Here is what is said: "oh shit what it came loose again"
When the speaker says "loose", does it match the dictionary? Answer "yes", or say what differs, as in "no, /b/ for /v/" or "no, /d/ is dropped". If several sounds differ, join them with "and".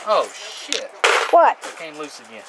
yes